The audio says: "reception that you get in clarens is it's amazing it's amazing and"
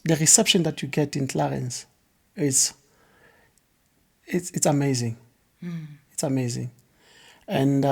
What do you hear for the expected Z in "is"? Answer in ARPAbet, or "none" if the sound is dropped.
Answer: S